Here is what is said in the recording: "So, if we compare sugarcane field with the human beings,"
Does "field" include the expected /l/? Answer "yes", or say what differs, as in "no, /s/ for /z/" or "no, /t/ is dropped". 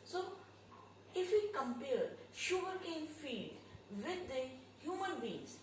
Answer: no, /l/ is dropped